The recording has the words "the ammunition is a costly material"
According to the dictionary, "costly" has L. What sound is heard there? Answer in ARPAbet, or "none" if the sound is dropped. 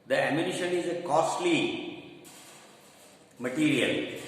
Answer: L